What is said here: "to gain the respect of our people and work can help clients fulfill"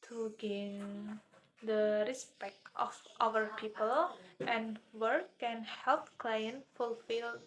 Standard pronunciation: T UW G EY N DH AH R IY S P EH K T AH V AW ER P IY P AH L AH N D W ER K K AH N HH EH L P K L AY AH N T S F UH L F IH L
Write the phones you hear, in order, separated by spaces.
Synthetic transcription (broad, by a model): T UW G EY N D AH R IY S P EH K T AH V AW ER P IY P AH L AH N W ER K K AH N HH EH L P K L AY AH N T F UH L F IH L